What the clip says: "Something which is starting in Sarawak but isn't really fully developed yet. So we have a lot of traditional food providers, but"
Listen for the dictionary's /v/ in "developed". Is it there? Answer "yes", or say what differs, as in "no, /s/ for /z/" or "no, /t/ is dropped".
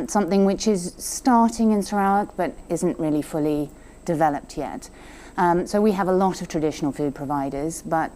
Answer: yes